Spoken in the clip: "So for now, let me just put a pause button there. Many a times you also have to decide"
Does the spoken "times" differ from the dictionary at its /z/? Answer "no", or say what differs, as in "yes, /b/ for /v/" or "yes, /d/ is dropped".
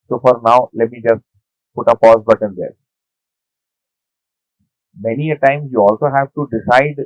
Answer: yes, /z/ is dropped